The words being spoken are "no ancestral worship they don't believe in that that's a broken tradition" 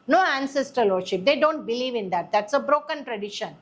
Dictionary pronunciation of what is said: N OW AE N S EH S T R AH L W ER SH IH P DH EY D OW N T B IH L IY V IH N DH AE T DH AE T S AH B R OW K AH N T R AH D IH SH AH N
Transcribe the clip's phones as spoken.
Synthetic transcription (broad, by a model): N OW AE N S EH S T AH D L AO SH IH P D EY D OW N T B IH L IY V IH N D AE T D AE T S AH B R OW K AH N T R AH D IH SH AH N